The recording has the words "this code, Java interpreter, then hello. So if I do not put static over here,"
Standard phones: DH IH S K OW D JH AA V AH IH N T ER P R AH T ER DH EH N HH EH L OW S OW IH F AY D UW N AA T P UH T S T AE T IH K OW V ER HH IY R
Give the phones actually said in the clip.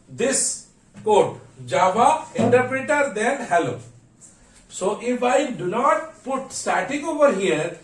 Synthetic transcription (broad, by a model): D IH S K OW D JH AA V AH IH N T ER P R AH T ER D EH N HH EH L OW S OW IH F AY D UW N AA T P UH T S T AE T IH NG OW V ER HH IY R